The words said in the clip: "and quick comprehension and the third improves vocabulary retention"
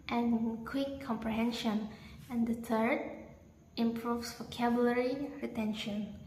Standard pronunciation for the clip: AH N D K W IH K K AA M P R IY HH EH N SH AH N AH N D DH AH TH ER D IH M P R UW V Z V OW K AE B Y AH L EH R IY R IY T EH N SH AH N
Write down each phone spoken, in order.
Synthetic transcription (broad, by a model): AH N K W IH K K AA M P R IY HH EH N SH AH N AH N D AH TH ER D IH M P R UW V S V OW K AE B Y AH L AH R IY R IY T EH N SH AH N